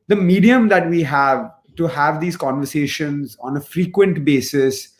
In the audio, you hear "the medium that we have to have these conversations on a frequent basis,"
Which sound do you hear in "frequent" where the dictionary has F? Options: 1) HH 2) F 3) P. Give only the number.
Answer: 2